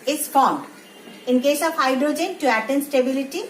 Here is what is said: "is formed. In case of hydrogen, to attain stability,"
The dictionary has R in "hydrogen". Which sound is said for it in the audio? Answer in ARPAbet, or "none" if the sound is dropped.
R